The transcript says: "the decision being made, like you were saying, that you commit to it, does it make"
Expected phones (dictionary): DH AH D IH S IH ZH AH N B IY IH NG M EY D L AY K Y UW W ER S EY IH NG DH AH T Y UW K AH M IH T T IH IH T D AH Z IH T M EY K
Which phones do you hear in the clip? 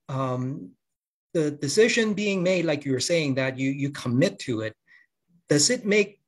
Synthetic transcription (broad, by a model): DH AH D IH S IH ZH AH N B IY IH NG M EY D L AY K Y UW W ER S EY IH NG DH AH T Y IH K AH M IH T T IH IH T D AH Z IH T M EY K